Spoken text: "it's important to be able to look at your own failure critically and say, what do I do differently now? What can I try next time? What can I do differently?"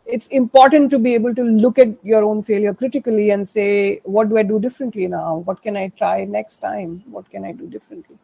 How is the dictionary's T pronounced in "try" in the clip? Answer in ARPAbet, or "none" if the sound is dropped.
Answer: T